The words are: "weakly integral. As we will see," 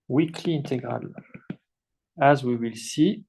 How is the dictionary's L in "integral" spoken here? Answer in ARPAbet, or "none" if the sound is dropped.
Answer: L